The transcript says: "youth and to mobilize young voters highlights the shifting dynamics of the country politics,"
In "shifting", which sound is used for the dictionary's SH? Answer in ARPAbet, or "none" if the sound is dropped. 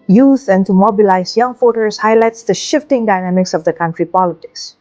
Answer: SH